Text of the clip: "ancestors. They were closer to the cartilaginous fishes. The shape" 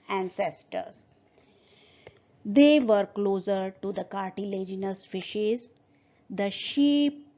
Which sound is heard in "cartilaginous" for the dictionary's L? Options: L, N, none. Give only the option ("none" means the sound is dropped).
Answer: L